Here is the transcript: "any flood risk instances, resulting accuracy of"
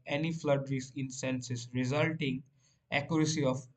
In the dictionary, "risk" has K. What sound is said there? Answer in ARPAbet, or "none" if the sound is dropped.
none